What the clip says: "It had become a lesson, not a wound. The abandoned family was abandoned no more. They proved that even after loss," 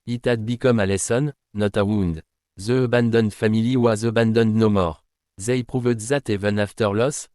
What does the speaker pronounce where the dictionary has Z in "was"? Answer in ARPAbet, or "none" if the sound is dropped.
Z